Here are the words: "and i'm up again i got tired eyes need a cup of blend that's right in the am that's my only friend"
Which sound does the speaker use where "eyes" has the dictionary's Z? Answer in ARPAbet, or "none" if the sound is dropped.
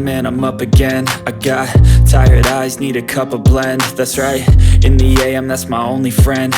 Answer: Z